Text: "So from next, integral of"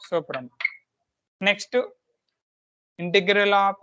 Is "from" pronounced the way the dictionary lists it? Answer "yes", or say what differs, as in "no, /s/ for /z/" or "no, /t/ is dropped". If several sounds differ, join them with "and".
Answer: no, /p/ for /f/